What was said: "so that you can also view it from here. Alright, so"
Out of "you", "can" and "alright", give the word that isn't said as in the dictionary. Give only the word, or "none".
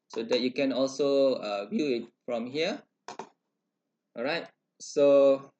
alright